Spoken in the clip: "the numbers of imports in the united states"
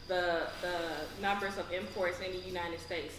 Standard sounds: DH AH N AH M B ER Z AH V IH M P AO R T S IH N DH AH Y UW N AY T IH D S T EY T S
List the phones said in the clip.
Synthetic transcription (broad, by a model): DH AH N AH M B ER Z AH V IH M P AO R T S IH N DH AH Y UW N AY T IH D S T EY T S